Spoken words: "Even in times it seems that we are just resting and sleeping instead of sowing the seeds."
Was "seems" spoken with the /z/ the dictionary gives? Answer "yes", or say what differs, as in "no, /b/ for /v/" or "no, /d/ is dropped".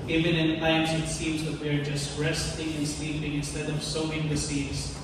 yes